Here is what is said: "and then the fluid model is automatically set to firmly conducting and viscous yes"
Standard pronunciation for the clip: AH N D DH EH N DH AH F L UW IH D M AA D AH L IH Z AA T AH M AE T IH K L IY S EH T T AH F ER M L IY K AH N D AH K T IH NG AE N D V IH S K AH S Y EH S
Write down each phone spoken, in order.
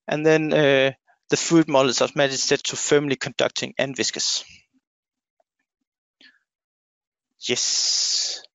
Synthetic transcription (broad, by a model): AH N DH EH N DH AH F UW D M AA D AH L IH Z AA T M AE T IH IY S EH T T AH F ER M L IY K AH N D AH K T IH NG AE N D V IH S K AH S Y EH S